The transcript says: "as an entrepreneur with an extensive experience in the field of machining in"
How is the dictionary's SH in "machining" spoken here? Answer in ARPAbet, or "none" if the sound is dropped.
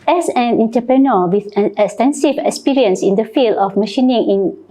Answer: SH